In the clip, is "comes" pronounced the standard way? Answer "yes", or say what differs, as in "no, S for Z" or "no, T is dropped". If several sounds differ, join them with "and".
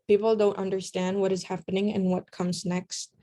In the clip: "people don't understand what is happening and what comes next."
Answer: yes